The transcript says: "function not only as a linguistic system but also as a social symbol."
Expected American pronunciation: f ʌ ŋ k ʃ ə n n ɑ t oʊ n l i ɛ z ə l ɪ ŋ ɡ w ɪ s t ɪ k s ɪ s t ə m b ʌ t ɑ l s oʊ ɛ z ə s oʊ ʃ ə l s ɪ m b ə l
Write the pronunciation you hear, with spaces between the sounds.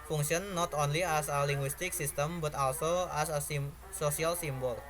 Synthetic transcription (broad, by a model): f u ŋ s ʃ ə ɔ n ɑ t oʊ n l i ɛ s ə l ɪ ŋ ɡ w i s t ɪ k s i s t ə m b ʌ t ɑ l s oʊ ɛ s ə s oʊ s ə l s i m b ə l